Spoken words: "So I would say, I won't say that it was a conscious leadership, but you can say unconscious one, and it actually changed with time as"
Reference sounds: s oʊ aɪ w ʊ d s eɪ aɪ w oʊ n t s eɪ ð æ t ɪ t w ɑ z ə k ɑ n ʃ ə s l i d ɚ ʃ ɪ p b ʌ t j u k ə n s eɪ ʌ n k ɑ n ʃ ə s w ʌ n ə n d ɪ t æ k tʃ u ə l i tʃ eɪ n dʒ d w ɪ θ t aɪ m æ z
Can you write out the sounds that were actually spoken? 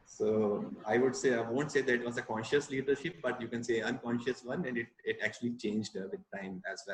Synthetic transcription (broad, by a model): s oʊ aɪ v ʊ d s eɪ aɪ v oʊ n t s eɪ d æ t ɪ t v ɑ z ə k ɑ n ʃ ə s l i d ɚ ʃ ɪ p b ʌ t j u k ə n s eɪ ʌ n k ɑ n ʃ ə s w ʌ n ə n d ɪ t æ k tʃ u ə l i tʃ eɪ n dʒ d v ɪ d t aɪ m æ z